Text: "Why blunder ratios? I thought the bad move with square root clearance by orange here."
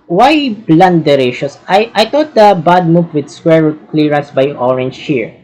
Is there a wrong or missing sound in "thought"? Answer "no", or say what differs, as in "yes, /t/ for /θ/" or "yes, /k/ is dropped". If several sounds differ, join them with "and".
yes, /t/ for /θ/